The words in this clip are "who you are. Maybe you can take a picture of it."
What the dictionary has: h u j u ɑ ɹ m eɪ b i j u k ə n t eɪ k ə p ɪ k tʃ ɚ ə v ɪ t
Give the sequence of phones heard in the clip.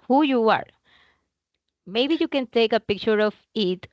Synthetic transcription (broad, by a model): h u j u ɑ ɹ m eɪ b i j u k ə n t eɪ k ə p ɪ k tʃ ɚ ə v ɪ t